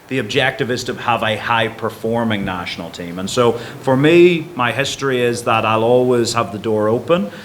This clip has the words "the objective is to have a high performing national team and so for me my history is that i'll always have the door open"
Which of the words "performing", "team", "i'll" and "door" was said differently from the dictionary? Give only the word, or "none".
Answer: none